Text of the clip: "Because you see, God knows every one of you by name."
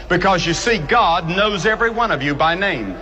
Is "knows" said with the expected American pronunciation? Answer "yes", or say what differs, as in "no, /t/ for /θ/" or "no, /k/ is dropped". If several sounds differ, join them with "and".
yes